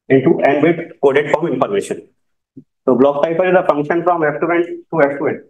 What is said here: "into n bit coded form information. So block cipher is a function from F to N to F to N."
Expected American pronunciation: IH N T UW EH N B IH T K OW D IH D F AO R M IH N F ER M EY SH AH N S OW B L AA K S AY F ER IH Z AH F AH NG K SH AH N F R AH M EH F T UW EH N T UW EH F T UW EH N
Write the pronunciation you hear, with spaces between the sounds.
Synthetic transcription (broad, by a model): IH N T UW EH N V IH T K OW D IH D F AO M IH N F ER M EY SH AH N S OW B L AA K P AY P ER IH Z AH F AH NG K SH AH N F R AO M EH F T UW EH N T UW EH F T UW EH N